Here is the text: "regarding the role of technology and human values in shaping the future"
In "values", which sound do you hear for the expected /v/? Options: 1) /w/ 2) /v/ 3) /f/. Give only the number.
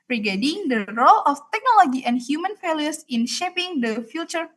3